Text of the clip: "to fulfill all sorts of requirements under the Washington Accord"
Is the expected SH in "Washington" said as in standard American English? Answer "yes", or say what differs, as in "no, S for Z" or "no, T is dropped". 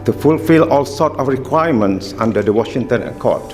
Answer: yes